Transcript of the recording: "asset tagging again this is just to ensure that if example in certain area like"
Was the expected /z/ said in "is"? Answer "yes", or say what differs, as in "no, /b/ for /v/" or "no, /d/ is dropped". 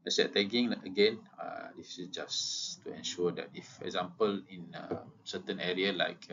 no, /s/ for /z/